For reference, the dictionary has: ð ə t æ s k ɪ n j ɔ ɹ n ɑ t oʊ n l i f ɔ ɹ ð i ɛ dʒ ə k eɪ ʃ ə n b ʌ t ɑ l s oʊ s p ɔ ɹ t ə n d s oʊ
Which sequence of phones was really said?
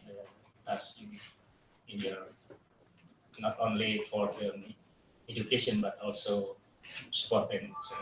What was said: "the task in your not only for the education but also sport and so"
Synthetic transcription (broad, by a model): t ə s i ɪ n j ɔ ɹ n ɑ t oʊ n l i f ɔ ɹ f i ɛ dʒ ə k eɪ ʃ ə n b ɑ t ɑ l s oʊ s p ɔ ɹ t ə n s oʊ